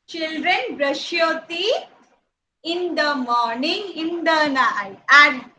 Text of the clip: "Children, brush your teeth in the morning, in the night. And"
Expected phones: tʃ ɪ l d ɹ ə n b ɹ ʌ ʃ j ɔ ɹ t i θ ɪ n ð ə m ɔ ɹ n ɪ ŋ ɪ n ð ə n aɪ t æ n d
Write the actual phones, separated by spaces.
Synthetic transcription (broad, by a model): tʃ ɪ l d ɹ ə n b ɹ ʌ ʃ j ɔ t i ɪ n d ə m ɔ ɹ n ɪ ŋ ɪ n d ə n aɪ æ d